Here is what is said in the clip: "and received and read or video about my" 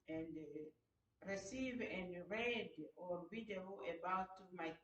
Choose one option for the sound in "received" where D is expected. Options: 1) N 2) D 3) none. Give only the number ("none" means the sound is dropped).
3